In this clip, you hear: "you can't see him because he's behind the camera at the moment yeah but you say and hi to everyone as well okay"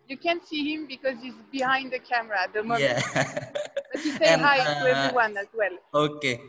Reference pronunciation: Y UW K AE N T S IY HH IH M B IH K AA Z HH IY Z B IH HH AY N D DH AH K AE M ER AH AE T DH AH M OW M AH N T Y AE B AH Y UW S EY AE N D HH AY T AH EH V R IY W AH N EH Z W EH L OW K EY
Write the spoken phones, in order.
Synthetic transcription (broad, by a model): Y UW K AE N T S IY HH IH M B IH K AA Z HH IY Z B IH HH AY N D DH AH K AE M ER AH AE T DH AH M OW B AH T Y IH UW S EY HH AY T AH EH V R IY W AH N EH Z W EH L OW K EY